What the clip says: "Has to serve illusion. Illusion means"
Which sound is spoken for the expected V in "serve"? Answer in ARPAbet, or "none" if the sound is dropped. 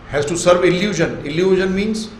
V